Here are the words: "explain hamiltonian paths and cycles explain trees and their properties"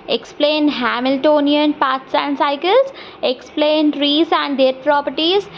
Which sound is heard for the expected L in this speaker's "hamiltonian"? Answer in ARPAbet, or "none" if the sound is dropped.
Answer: L